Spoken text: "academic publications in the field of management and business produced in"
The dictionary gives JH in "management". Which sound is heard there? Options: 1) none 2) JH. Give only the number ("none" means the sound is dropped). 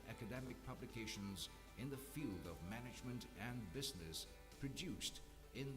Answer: 2